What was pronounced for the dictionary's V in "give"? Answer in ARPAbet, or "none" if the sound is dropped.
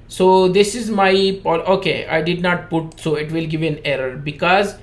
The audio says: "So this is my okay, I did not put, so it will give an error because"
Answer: V